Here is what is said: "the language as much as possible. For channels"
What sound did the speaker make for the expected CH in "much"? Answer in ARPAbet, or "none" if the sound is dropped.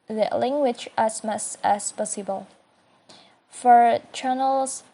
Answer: S